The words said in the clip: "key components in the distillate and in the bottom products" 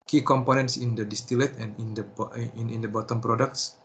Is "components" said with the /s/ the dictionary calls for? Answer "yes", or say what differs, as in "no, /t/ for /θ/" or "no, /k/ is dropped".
yes